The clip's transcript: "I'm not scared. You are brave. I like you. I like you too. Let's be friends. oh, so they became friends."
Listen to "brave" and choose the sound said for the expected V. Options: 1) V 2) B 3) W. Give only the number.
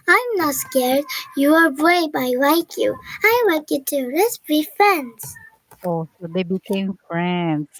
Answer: 2